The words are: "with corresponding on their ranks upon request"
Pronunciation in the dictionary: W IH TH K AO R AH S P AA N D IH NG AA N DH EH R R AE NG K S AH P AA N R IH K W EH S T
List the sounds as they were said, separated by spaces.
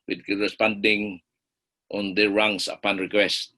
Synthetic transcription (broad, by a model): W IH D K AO R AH S P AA N D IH NG AA N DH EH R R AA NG S AH P AA N R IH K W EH S T